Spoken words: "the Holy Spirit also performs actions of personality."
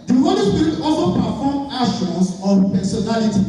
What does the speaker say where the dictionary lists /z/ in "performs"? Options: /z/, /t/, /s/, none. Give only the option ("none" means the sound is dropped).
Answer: none